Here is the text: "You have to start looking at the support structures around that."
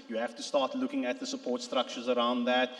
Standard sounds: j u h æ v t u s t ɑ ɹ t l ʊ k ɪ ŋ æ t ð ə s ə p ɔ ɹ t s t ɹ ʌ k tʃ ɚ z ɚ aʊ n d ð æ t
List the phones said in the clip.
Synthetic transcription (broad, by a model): j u h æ f t u s t ɑ t l ʊ k ɪ ŋ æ t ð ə s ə p ɔ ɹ t s t ɹ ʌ k tʃ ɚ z ɚ aʊ n d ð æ t